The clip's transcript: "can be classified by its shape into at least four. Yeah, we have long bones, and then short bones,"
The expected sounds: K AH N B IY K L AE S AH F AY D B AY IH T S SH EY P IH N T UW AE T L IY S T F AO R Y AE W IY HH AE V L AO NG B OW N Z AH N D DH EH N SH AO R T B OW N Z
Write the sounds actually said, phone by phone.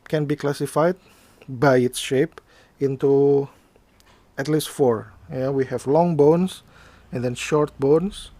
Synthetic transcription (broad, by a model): K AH N B IY K L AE S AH F AY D B AY IH T S SH EY P IH N T UW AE T L IY S T F AO R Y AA W IY HH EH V L AO NG B OW N S AH N D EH N SH AO R T B OW N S